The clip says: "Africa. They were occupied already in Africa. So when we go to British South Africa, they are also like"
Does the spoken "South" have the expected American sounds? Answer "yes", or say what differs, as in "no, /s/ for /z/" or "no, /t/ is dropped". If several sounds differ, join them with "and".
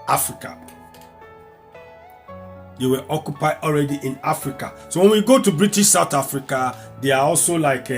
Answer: no, /t/ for /θ/